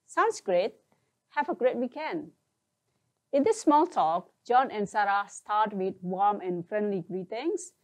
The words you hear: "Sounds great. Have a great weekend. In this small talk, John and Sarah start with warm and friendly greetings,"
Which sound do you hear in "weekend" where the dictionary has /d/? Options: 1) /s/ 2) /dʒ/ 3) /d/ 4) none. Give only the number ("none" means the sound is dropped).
4